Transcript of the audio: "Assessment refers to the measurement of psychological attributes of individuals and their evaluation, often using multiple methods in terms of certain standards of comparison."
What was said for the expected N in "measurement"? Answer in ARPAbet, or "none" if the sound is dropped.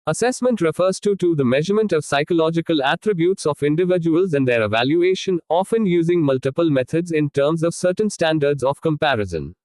N